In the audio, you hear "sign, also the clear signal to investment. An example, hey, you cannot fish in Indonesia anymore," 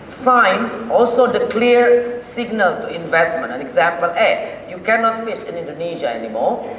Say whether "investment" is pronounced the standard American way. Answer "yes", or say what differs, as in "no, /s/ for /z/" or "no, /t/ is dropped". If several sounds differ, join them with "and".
yes